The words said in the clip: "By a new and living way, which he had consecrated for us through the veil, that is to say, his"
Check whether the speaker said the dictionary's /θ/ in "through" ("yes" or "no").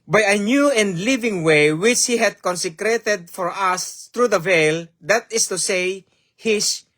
no